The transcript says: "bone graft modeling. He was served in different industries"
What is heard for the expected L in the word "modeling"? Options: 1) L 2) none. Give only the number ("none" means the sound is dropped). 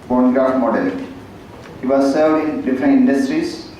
2